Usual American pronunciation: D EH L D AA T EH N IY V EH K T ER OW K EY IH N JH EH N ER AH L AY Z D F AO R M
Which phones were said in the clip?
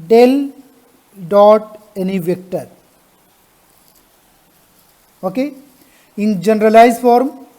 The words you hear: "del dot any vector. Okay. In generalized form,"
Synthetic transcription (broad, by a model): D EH L D AA T EH N IY V EH K T ER OW K EY IH N JH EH N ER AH L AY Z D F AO R M